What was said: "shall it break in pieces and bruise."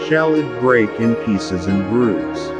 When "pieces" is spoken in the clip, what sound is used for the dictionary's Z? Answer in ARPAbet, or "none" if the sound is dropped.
Z